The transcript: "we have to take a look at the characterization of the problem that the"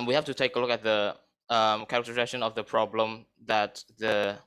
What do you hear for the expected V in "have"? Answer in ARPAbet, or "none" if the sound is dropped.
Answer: F